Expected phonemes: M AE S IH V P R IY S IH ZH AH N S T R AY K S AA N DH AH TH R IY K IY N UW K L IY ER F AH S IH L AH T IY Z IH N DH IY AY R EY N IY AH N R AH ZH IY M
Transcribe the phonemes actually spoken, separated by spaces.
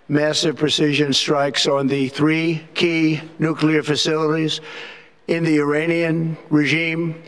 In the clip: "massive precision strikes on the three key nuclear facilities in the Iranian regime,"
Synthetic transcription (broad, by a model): M AE S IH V P R IY S IH ZH AH N S T R AY K S N DH AH TH R IY K IY N UW K L IY ER F AH S IH L AH T IY Z IH N DH IY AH R EY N IY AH N R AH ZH IY M